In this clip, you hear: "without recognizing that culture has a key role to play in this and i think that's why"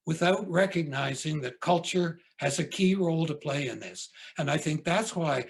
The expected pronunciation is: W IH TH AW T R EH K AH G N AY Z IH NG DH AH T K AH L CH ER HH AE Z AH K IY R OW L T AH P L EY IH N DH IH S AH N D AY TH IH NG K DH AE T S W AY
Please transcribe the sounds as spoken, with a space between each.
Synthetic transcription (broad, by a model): W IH TH AW T R EH K AH G N AY Z IH NG DH AH T K AH L CH ER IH Z AH K IY R OW L T AH P L EY IH N DH IH S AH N AY TH IH NG K DH AE T S W AY